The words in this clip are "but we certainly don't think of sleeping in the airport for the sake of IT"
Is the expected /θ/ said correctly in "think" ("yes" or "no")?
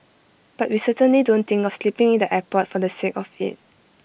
no